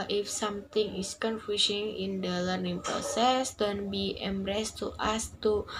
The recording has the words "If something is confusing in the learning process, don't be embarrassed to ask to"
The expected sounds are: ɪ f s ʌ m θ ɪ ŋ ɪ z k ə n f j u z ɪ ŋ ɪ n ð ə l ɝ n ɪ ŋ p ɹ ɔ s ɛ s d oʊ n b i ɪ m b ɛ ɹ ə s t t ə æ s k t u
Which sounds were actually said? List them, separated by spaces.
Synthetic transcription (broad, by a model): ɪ f s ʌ m t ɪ ŋ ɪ s k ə n f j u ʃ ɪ ŋ ɪ n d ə l ɝ n ɪ ŋ p ɹ ɔ s ɛ s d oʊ n b i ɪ m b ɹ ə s t t ə s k t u